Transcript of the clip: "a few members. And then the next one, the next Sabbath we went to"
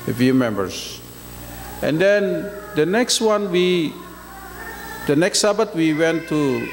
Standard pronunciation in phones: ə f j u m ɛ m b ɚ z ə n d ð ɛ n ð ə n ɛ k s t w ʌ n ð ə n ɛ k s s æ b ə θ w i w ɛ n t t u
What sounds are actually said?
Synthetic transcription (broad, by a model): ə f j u m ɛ m b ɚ s ə n d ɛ n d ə n ɛ k s t w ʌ n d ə n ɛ k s s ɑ b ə t w i w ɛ n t t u